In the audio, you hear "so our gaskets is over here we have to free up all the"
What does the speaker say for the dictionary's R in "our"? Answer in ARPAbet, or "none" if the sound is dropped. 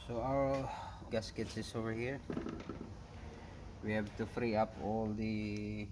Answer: W